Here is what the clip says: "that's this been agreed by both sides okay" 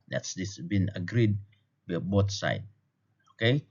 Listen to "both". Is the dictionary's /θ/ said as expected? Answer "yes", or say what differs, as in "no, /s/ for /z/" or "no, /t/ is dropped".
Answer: no, /t/ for /θ/